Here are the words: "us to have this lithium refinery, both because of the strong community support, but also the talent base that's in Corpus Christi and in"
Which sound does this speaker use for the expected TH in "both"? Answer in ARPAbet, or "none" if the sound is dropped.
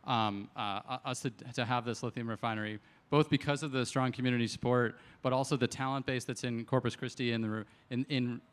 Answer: TH